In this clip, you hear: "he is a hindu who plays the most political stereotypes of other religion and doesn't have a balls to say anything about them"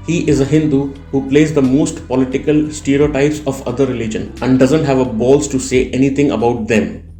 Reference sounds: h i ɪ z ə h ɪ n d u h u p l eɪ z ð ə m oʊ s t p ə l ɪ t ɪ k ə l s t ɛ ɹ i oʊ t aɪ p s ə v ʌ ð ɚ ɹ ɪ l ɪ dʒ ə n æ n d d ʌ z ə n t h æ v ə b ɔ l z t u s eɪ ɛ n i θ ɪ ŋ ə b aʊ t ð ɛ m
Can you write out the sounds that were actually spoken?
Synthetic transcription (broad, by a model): h i ɪ z ə h ɪ n d u h u p l eɪ z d ə m oʊ s t p ə l ɪ t ɪ k ə l s t ɛ ɹ i oʊ t aɪ p s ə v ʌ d ɚ ɹ ɪ l ɪ dʒ ə n æ n d d ʌ z ə n t h æ v ə b ɔ l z t u s eɪ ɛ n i t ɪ ŋ ə b aʊ t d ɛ m